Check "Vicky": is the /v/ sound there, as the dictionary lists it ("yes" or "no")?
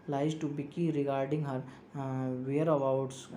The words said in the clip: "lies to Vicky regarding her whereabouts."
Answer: no